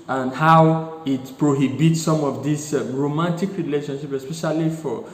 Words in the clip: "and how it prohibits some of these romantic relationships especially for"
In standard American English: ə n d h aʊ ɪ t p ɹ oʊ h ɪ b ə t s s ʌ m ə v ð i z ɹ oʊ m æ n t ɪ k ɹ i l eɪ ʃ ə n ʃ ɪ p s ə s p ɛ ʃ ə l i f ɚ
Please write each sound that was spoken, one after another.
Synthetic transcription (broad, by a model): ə n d h aʊ ɪ t p ɹ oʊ h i b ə t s s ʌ m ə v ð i s ɹ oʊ m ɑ n t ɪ k ɹ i l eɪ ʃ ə n ʃ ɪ p ə s p ɛ ʃ ə l i f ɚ